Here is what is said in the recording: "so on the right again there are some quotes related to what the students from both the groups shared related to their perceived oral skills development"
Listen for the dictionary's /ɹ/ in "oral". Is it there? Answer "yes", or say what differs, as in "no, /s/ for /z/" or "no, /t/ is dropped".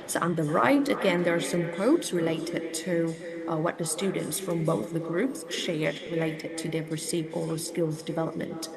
no, /l/ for /ɹ/